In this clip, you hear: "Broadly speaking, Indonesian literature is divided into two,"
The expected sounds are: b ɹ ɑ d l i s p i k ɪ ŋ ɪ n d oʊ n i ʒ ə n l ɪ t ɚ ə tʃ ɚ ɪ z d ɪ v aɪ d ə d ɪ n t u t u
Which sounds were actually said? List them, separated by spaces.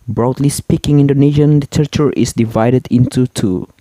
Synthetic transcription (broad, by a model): b ɹ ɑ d l i s p i k ɪ ŋ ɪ n d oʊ n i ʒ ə n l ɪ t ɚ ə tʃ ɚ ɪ s d ɪ v aɪ d ə d ɪ n t u t u